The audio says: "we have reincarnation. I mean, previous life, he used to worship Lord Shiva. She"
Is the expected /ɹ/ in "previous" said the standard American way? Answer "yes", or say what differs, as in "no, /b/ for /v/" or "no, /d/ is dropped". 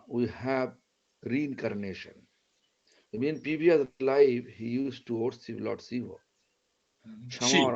no, /ɹ/ is dropped